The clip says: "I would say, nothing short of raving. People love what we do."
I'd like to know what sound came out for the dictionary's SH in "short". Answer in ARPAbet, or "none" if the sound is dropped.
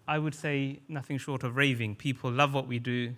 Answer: SH